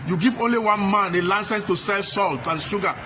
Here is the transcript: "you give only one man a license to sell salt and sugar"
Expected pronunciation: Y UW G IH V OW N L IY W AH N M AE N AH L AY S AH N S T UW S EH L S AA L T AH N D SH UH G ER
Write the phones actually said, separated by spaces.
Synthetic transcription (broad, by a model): Y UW G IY V OW N L IY W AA N M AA N AH L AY S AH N S T UW S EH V S AA L T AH N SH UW G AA